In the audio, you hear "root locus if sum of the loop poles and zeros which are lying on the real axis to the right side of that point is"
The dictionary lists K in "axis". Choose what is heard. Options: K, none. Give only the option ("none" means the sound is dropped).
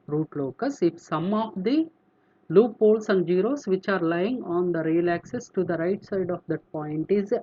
K